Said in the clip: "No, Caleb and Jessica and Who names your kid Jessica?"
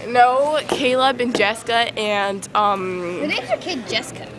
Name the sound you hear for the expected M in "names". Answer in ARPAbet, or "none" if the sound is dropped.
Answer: none